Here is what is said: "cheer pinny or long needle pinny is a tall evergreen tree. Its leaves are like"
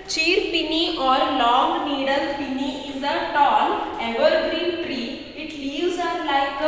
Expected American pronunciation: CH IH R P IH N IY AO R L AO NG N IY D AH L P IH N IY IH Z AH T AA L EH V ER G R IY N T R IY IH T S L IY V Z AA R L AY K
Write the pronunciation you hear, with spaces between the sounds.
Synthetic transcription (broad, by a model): CH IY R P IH N IY AO R L AO NG N IY D AH L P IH N IY IH Z AH T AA N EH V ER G R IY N T R IY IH T L IY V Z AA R L AY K